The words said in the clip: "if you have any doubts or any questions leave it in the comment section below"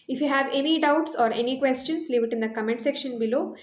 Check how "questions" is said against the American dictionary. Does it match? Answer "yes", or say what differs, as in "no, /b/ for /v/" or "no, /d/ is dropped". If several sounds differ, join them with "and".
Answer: no, /s/ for /z/